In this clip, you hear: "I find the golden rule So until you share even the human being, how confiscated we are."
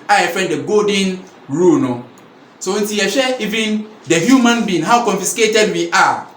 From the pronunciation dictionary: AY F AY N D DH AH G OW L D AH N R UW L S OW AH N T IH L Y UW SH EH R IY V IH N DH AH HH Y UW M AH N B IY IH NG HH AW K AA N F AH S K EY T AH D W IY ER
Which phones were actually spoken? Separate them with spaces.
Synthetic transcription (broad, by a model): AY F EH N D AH G OW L D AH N R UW N S OW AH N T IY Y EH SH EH IY V IH N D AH HH Y UW M AH N B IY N HH AW K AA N F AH S K EY T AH D W IY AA